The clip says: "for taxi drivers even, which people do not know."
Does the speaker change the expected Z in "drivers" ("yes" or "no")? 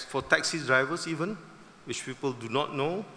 yes